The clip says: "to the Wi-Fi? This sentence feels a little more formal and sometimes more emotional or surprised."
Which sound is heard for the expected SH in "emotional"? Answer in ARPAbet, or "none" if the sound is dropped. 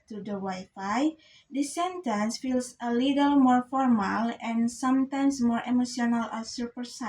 S